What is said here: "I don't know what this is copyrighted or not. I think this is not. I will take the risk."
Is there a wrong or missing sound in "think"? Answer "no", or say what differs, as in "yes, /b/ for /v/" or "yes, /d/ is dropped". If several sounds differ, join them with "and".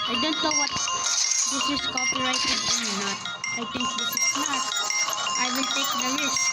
yes, /t/ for /θ/